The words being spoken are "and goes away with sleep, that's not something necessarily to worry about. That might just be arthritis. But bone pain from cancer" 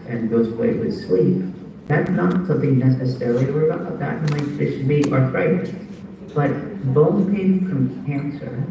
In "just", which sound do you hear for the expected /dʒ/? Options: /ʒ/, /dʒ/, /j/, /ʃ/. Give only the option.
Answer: /ʃ/